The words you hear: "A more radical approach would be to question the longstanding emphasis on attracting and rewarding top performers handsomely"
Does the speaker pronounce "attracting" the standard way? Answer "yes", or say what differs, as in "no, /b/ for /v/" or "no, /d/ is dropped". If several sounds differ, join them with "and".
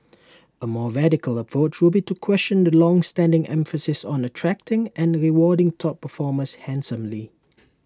yes